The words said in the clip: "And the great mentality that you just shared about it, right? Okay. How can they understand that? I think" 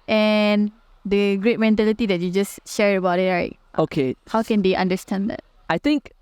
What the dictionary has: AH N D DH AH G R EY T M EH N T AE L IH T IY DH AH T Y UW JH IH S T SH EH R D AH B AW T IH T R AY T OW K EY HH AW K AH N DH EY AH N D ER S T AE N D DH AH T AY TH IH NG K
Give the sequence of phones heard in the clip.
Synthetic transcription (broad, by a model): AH N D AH G R EY T M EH N T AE L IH T IY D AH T Y UW JH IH S SH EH R AH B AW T IH T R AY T OW K EY HH AW K AH N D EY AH N D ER S T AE N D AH T AY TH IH NG K